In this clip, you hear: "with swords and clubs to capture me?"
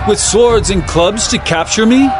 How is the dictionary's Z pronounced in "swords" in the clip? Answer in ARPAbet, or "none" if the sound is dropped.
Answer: Z